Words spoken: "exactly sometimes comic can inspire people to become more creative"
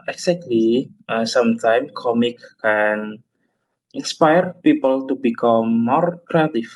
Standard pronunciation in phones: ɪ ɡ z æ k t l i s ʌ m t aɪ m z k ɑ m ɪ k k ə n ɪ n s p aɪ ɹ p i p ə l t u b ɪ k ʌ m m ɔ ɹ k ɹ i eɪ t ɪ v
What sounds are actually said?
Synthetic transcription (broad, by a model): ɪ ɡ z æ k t l i s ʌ m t aɪ m k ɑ m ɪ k k ə n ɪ n s p aɪ ɹ p i p ə l t u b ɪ k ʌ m m ɔ ɹ k ɹ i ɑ t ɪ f